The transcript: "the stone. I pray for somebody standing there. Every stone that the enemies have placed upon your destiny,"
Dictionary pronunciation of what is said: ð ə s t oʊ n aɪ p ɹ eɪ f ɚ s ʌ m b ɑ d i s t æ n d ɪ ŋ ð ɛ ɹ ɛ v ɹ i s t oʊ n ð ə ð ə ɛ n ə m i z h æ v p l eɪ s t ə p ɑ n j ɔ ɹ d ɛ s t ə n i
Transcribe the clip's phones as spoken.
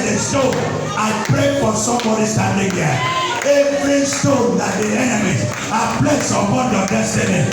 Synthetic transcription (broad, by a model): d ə s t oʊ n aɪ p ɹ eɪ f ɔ s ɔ m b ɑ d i s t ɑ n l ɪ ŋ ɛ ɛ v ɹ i s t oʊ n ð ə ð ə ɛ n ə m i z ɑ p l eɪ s ə b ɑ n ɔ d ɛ s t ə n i